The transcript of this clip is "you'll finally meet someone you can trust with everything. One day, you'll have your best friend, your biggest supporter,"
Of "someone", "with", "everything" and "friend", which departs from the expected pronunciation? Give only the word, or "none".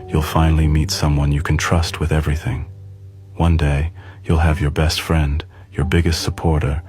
none